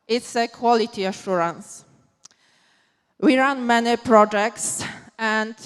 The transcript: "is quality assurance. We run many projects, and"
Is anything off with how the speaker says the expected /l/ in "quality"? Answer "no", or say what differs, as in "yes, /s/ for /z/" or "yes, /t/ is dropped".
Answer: no